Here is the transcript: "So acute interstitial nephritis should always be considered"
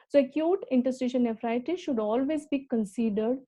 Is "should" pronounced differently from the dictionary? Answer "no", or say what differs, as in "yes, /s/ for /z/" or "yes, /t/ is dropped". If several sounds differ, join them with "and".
no